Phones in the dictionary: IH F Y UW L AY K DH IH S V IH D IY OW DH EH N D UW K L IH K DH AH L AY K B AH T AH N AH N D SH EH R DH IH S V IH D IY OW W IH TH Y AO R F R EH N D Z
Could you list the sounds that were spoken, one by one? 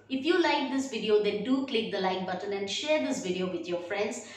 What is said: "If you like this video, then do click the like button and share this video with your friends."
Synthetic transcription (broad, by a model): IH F Y UW L AY K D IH S V IH D IY OW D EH N D UW K L IH K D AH L AY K B AH T AH N AH N D SH EH R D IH S V IH D IY OW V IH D Y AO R F R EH N D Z